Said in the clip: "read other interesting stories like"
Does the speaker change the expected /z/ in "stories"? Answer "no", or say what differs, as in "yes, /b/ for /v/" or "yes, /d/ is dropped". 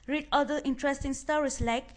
yes, /s/ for /z/